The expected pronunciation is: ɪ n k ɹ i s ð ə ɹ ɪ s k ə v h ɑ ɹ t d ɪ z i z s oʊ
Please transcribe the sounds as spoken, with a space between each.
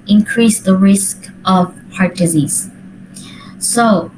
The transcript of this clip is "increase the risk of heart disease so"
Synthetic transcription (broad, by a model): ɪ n k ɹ i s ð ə ɹ ɪ s k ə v h ɑ ɹ t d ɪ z i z s oʊ